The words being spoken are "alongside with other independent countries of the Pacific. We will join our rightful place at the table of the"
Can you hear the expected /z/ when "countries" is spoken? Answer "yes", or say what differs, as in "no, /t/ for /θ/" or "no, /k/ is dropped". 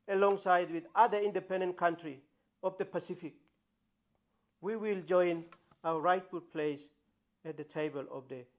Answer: no, /z/ is dropped